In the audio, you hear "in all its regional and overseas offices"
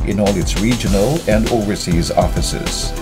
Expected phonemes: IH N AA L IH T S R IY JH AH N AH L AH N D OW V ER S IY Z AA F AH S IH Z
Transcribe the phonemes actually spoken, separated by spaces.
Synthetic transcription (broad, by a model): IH N AA L IH T S R IY JH AH N AH L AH N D OW V ER S IY Z AA F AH S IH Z